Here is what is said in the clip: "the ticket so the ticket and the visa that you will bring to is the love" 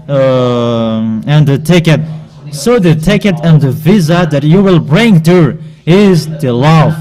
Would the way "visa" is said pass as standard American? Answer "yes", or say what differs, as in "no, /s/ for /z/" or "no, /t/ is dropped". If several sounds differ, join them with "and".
yes